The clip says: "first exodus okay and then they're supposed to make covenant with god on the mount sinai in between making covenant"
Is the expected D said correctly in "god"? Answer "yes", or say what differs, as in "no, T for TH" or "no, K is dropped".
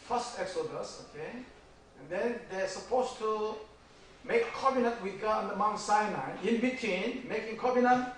no, D is dropped